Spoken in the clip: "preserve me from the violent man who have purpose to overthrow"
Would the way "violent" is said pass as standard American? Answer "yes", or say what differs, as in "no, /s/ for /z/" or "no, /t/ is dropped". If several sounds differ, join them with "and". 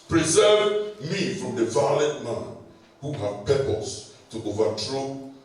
no, /n/ is dropped